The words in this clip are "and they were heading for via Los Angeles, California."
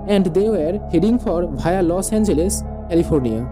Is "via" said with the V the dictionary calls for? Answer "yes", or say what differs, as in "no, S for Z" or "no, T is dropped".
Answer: no, B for V